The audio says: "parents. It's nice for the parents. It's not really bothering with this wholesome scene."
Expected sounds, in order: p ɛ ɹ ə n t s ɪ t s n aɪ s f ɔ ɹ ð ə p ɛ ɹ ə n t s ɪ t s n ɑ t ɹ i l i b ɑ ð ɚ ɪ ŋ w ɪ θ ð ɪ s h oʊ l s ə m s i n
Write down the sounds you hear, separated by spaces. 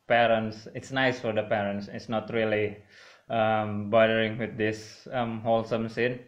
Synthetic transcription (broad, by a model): p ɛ ɹ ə n t s ɪ t s n aɪ s f ɔ ɹ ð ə p ɛ ɹ ə n t s ɪ t s n ɑ t ɹ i l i b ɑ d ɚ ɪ ŋ w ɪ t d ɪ s h oʊ l s ə m s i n